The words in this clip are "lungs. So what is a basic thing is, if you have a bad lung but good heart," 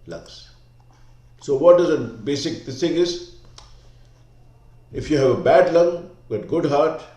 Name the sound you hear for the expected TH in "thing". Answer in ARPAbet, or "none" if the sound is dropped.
S